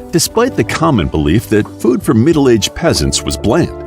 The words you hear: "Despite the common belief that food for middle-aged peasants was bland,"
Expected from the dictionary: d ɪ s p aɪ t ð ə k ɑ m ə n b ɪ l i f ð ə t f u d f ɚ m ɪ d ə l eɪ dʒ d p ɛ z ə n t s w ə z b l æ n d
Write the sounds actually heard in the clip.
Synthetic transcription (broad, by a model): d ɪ s p aɪ t ð ə k ɑ m ə n b ɪ l i f ð ə t f u d f ɚ m ɪ d l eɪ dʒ p ɛ z ə n t s w ə z b l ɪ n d